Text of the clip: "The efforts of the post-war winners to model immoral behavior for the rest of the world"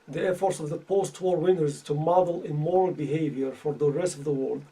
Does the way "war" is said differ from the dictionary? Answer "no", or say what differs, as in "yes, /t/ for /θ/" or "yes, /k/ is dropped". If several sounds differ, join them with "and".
no